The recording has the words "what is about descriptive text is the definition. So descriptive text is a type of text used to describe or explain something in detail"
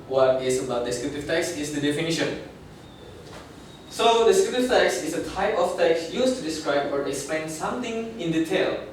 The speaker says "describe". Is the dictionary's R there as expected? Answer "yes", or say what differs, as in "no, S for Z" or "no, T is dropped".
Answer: yes